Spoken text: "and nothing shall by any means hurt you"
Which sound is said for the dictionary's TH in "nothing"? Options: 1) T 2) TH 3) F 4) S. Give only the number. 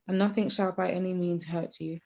2